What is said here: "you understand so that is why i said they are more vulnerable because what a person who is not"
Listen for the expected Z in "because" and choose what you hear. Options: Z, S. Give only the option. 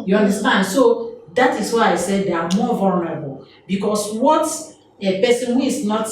S